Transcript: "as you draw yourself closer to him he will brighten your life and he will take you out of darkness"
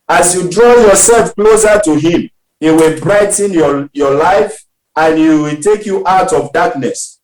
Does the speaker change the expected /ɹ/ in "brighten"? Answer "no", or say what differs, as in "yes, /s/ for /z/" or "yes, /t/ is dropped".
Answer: no